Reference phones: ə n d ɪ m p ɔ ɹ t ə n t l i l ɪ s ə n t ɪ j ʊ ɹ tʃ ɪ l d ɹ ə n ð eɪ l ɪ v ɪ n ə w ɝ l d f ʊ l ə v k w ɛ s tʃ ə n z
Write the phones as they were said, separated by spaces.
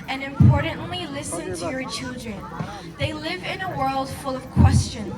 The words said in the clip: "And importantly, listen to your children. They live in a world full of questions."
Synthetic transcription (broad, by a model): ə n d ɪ m p ɔ ɹ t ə n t l i l ɪ s ə n t ɪ j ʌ ɹ tʃ ɪ l d ɹ ə n ð eɪ l ɪ v ɪ n ə w ɝ l d f ʊ l ə v k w ɛ s tʃ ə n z